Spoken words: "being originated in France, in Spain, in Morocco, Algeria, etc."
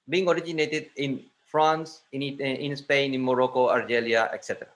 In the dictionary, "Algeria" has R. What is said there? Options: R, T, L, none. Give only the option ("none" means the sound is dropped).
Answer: L